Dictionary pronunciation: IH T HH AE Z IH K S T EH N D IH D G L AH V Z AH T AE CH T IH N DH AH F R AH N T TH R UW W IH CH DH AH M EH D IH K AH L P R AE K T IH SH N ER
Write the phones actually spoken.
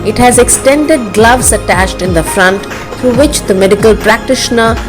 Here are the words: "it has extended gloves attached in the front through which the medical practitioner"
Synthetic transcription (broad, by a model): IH T HH AE Z IH K S T EH N D IH D G L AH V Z AH T AE CH T IH N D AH F R AH N T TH R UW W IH CH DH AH M EH D IH K AH L P R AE K T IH SH N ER